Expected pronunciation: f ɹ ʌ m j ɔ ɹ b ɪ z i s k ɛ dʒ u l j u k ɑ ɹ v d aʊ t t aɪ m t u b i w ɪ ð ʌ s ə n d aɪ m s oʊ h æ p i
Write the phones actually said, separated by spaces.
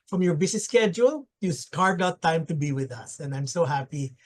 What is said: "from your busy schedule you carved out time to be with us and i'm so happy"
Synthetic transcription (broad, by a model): f ɹ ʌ m j ɔ ɹ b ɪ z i s k ɛ dʒ u l j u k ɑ ɹ d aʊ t t aɪ m t u b i w ɪ ð ʌ s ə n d aɪ m s oʊ h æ p i